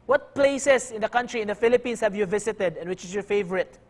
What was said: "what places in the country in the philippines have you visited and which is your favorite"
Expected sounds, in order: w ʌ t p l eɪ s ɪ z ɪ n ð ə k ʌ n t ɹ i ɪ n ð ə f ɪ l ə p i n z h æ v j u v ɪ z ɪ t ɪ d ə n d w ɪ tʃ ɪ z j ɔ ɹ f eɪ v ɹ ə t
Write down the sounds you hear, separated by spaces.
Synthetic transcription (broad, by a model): w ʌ t p l eɪ s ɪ s ɪ n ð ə k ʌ n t ɹ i ɪ n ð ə f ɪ l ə p i n s h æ v j u v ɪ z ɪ t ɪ d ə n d w ɪ tʃ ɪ s j ɔ ɹ f eɪ v ɹ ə t